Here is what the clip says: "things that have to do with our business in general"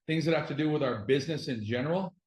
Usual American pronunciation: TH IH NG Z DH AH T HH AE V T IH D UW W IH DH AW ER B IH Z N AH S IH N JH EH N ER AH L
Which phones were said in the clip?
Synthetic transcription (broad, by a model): TH IH NG Z DH AH T HH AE F T IH D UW W IH DH AW ER B IH Z N AH S IH N JH EH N ER L